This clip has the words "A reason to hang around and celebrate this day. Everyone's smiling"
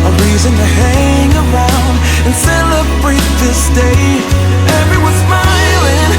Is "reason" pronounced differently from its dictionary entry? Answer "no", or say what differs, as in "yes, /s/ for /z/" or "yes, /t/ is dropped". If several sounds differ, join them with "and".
no